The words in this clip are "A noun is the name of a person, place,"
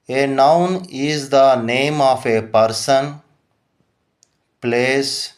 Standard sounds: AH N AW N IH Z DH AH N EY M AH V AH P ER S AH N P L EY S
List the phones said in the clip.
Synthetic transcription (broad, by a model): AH N AW N IH Z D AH N EY M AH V AH P ER S AH N P L EY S